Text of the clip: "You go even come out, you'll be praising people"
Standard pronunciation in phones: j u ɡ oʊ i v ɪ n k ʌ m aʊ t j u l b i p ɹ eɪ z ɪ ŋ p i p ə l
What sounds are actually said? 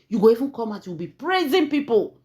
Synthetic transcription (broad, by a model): j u ɡ oʊ i v ɪ n k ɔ m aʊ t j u w b i p ɹ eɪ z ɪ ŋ p i p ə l